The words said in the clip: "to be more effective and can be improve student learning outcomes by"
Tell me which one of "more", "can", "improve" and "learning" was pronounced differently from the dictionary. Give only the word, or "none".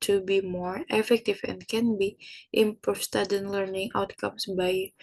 improve